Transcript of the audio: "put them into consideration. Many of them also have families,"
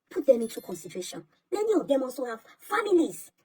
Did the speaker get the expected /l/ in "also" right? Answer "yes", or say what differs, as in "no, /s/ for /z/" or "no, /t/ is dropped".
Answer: no, /l/ is dropped